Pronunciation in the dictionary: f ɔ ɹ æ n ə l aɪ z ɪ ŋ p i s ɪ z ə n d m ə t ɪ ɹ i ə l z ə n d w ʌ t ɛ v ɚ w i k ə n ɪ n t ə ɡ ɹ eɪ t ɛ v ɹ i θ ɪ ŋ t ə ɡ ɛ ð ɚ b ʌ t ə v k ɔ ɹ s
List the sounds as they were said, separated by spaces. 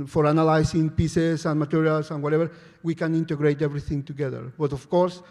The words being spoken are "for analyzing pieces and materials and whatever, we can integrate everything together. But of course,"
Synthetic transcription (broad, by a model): f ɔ ɹ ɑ n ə l aɪ s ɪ ŋ p i s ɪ s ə n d m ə t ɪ ɹ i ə l s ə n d w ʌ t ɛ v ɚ w i k ə n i n t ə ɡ ɹ eɪ t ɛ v ɹ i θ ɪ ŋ t ə ɡ ɛ ð ɚ b ʌ t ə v k ɔ ɹ s